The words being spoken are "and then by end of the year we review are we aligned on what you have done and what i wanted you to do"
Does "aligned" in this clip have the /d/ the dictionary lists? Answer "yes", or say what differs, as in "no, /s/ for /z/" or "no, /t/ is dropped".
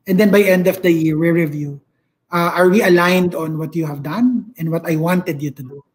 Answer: yes